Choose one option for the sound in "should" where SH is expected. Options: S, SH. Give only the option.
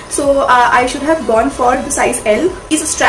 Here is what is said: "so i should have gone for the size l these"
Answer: SH